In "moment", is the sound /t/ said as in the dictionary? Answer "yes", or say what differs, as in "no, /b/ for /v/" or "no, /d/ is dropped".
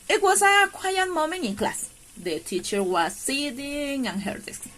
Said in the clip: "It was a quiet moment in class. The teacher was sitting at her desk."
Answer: no, /t/ is dropped